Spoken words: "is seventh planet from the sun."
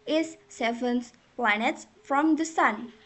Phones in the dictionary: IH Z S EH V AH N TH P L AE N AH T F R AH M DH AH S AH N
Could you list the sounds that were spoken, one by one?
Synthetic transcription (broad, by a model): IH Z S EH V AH N S P L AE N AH T F R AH M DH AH S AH N